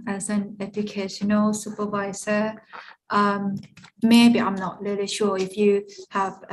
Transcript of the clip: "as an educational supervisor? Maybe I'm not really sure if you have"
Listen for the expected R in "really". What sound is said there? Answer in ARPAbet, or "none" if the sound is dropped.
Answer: L